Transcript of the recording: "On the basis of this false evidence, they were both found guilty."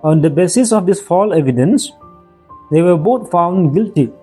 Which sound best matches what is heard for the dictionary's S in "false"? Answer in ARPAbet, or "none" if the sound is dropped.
none